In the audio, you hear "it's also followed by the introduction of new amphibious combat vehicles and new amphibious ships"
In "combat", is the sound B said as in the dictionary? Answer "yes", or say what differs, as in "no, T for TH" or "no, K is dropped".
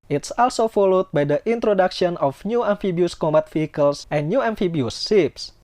no, B is dropped